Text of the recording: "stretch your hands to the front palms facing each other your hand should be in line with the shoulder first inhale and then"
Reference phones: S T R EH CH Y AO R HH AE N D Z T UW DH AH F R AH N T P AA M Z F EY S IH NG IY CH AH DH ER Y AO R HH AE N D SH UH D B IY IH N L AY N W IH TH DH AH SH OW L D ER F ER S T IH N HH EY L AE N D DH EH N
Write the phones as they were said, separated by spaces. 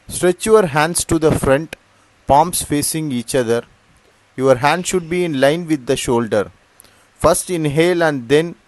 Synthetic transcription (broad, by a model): S T R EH CH Y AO R HH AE N D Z T UW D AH F R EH N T P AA M S F EY S IH NG IY CH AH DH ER Y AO R HH AE N D SH UH D B IY IH N L AY N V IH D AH SH OW L D ER F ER S T IH N HH EY L AE N D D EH N